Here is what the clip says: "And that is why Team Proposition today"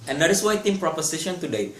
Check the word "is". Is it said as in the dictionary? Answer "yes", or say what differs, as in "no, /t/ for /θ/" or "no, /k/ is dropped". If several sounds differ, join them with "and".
no, /s/ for /z/